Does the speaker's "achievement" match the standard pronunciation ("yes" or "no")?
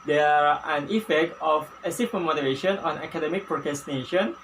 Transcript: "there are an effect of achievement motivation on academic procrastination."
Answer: no